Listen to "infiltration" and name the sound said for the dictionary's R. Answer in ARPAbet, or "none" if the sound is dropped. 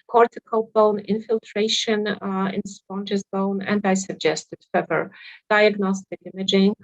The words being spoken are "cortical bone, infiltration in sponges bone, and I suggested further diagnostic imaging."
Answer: R